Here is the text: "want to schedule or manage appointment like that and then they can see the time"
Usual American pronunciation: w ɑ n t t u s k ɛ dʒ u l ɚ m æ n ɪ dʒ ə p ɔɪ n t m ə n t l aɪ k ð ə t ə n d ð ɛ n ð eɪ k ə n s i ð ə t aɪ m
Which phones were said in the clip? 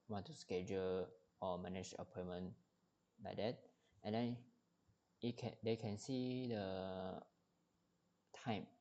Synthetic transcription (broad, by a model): w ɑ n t t u s k ɛ dʒ u l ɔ m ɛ n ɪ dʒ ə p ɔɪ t m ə n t l aɪ k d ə t ə n d ɛ n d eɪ k ə n s i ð ə t aɪ m